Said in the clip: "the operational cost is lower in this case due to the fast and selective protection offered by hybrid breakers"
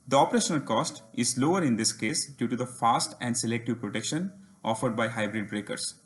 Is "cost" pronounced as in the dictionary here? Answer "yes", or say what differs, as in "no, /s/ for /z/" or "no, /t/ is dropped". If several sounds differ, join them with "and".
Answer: yes